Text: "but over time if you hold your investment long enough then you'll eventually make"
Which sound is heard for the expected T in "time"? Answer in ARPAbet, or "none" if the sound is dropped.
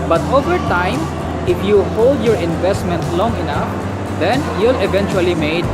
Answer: T